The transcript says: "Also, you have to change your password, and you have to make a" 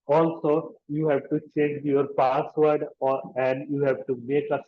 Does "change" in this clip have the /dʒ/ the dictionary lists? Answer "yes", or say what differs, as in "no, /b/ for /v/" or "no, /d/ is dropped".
yes